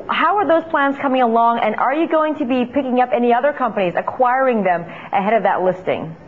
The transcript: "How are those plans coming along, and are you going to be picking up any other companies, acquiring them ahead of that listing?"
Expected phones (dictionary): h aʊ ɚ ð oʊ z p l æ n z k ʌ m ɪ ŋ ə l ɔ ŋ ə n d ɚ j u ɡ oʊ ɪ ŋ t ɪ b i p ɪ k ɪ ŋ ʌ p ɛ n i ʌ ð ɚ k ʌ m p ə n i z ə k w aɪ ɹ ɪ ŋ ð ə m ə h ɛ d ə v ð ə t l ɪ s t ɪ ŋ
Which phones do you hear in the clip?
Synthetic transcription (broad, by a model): h aʊ ɚ ð oʊ z p l æ n z k ʌ m ɪ ŋ ə l ɔ ŋ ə n ɚ j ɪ ɡ oʊ ɪ ŋ t ɪ b i p ɪ k ɪ ŋ ʌ p ɛ n i ʌ ð ɚ k ʌ m p ə n i z ə k w aɪ ɹ ɪ ŋ ð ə m ə h ɛ d ə v ð ə t l ɪ s t ɪ ŋ